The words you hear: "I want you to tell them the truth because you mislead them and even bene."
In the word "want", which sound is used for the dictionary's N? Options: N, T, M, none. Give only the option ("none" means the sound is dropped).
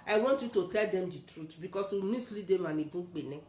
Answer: N